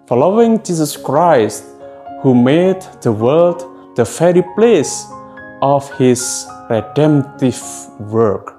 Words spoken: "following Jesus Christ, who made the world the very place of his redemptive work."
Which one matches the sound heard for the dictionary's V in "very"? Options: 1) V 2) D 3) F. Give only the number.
3